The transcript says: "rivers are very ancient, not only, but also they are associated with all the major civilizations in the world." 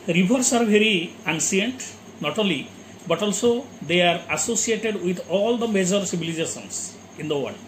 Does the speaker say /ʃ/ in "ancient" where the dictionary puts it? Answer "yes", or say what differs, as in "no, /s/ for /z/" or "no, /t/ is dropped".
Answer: no, /s/ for /ʃ/